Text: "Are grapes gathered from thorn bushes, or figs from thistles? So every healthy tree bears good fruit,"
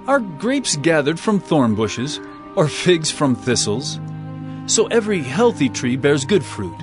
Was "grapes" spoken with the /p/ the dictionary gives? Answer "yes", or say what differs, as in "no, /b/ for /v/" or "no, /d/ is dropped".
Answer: yes